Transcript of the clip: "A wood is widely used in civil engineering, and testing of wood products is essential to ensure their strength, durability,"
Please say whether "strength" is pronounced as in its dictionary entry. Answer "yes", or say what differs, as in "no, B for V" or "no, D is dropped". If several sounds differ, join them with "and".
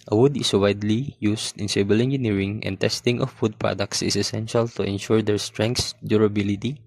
no, S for TH